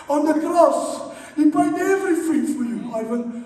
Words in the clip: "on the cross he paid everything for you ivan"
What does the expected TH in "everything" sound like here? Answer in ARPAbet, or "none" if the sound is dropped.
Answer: F